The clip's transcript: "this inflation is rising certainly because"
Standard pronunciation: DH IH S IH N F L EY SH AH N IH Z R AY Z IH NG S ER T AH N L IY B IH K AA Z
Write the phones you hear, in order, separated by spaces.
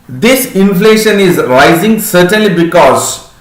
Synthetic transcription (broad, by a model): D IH S IH N F L EY SH AH N IH Z R AY Z IH NG S ER T AH N L IY B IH K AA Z